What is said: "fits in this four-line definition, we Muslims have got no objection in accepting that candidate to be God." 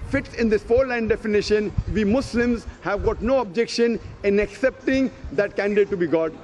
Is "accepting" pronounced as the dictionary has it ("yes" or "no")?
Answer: yes